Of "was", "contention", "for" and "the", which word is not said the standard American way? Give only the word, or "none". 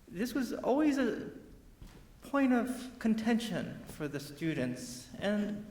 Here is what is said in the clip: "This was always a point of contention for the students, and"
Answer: none